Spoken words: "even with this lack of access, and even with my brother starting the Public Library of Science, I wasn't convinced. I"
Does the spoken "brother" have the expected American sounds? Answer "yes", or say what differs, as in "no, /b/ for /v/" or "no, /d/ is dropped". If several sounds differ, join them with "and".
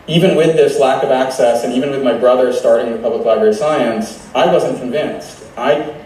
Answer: yes